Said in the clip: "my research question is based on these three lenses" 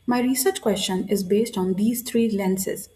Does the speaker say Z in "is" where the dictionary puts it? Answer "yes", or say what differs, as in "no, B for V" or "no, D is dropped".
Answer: yes